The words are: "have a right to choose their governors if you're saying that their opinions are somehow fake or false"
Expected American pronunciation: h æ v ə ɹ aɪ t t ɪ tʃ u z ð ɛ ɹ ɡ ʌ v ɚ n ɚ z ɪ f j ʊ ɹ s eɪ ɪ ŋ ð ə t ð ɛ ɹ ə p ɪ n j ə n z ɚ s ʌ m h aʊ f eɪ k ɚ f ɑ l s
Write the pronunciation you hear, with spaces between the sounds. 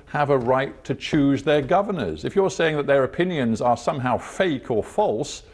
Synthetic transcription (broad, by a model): h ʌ v ə ɹ aɪ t t ɪ tʃ u z ð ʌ ɹ ɡ ʌ v ɚ n ɚ z ɪ f j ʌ ɹ s eɪ ɪ ŋ ð ə t ð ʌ ɹ ə p ɪ n j ə n z ɚ s ʌ m h aʊ f eɪ k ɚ f ɑ l s